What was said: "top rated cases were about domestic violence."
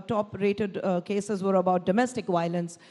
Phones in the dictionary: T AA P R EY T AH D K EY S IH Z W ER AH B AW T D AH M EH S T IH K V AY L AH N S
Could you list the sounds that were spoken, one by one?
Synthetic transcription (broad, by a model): T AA P R EY T AH D K EY S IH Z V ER AH B AW T D AH M EH S T IH K V AY L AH N S